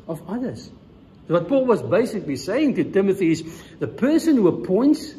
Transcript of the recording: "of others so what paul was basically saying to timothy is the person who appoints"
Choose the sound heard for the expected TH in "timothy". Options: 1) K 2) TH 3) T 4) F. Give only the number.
2